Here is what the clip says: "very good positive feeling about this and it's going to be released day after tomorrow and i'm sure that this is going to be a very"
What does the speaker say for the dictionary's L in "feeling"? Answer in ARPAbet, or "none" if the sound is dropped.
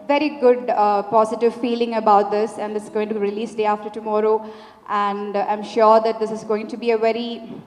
L